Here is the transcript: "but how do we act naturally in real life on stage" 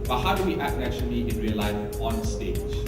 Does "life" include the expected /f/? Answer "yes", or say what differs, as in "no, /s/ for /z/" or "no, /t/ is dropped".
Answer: no, /f/ is dropped